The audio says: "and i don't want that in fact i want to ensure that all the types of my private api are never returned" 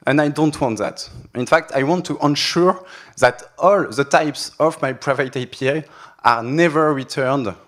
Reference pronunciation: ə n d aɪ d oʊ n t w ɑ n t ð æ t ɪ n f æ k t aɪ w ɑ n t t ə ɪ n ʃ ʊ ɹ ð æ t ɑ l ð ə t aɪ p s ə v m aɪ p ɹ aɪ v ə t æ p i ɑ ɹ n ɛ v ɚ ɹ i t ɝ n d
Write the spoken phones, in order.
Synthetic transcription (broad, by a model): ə n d aɪ d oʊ n t w ɑ n t ð æ t ɪ n f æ k t aɪ w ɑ n t t ə n ʃ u ɹ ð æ t ɑ l ð ə t aɪ p s ə v m aɪ p ɹ aɪ v ə t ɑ p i ɑ ɹ n ɛ v ɚ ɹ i t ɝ n d